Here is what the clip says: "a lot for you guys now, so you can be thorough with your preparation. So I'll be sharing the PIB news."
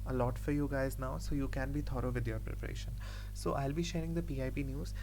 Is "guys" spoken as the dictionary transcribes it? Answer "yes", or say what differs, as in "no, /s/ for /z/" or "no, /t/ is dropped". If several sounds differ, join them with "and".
yes